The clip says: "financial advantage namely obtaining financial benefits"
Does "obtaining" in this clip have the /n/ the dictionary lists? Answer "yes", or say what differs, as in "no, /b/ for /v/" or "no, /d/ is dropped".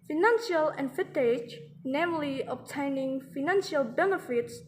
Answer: yes